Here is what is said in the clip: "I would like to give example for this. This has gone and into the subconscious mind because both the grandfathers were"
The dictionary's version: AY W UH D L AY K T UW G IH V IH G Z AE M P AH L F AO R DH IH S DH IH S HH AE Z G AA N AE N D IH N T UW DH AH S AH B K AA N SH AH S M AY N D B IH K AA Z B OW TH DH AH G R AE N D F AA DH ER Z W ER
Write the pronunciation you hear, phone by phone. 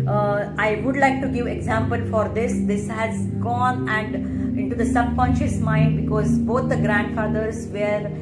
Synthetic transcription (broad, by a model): AY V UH D L AY K T UW G IH V IH G Z AE M P AH L F AO R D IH S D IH S HH AE Z G AA N AE N D IH N T UW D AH S AH B K AA N SH AH S M AY N D B IH K AA Z B OW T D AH G R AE N D F AA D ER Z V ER